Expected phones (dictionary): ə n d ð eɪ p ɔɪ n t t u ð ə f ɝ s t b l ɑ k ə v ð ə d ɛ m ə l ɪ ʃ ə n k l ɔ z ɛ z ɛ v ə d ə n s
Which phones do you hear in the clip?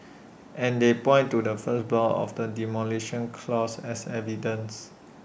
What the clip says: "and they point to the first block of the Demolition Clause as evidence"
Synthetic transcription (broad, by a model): ə n d eɪ p ɔɪ n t t u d ə f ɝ s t b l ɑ ə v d ə d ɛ m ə l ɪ ʃ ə n k l ɔ s ɛ s ɛ v ə d ə n s